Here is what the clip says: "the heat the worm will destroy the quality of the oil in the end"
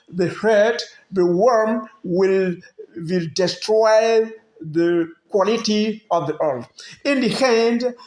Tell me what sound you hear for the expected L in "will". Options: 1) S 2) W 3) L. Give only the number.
3